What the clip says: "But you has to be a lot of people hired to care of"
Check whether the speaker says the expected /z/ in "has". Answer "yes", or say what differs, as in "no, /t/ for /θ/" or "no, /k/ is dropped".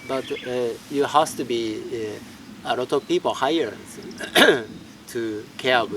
no, /s/ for /z/